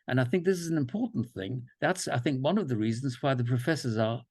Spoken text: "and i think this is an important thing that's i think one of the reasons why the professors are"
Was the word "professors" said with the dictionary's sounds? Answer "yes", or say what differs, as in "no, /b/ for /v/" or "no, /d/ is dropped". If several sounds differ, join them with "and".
yes